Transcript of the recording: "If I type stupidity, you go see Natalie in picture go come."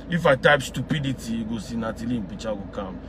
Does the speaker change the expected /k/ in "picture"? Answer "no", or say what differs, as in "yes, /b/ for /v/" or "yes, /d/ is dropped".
yes, /k/ is dropped